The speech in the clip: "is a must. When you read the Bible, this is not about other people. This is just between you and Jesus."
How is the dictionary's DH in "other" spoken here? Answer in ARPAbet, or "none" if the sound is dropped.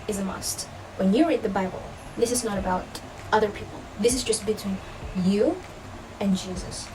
DH